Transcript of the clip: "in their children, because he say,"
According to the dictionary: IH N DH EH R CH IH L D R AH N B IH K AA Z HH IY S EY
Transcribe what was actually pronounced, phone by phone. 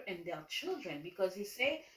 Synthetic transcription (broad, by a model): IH N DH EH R CH IH L D R AH N B IH K AA Z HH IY S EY